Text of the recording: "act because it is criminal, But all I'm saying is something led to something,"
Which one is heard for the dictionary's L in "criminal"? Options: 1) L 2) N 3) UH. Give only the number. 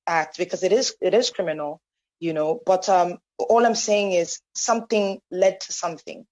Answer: 2